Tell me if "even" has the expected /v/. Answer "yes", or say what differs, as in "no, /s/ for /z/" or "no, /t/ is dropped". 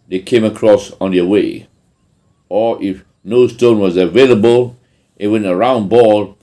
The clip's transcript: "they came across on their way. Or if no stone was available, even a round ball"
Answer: no, /w/ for /v/